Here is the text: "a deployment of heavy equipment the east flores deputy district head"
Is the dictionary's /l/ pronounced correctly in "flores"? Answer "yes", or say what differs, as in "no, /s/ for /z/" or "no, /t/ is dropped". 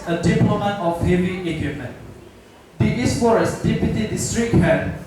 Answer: no, /l/ is dropped